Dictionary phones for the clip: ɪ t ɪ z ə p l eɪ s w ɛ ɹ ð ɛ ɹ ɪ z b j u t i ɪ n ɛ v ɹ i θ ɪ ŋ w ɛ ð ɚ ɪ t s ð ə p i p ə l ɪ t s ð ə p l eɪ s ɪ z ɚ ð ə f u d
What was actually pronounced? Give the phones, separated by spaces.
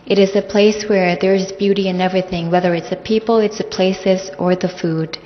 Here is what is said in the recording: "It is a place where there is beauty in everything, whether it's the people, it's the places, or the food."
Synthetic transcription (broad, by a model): ɪ t ɪ z ə p l eɪ s w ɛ ɹ ð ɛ ɹ ɪ z b j u t i ɪ n ɛ v ɹ i θ ɪ ŋ w ɛ ð ɚ ɪ t s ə p i p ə l ɪ t s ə p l eɪ s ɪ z ɚ ð ə f u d